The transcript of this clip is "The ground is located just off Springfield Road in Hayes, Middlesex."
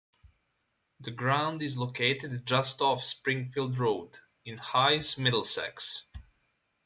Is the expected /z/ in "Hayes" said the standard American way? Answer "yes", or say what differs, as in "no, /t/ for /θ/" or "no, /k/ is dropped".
no, /s/ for /z/